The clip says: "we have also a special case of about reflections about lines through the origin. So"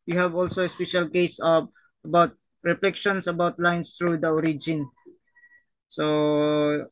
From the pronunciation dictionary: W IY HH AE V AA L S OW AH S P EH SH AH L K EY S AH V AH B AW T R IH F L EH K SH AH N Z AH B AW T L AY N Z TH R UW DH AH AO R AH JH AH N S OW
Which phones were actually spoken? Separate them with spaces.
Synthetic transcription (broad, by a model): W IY HH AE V AA L S OW AH S P EH SH AH L K EY S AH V AH B AW T R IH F L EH K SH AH N S AH B AW T L AY N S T R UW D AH AO R AH JH AH N S OW